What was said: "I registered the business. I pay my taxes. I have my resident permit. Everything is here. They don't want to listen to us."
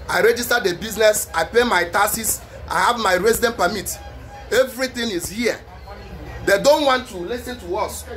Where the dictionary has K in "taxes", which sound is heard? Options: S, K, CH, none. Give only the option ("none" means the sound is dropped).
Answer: none